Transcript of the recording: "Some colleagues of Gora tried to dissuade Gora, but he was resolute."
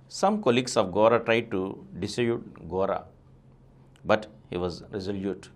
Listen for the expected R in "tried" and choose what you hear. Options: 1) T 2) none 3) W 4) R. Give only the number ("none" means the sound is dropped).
4